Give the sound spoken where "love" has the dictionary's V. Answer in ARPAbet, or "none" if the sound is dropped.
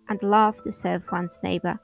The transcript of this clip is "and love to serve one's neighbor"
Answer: F